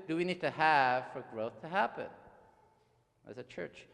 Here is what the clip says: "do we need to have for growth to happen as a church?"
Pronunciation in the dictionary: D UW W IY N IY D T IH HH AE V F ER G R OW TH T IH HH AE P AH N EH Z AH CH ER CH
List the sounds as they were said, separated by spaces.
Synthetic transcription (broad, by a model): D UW W IY N IY D T IH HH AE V F ER G R OW TH T IH HH AE P AH N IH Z AH CH ER CH